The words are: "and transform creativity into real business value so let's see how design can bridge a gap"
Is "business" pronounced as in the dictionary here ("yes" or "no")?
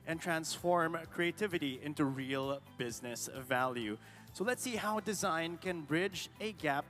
yes